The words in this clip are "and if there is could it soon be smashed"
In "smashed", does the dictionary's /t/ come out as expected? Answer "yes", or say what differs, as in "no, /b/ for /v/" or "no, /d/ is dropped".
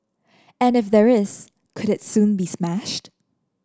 yes